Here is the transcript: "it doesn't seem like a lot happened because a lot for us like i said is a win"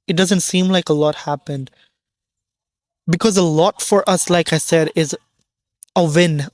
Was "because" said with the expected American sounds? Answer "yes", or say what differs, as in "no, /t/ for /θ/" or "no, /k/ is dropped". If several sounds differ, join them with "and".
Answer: yes